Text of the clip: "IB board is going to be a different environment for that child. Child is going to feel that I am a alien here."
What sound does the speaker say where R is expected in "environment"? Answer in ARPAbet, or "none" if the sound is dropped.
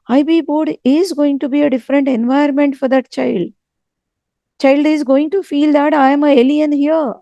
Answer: none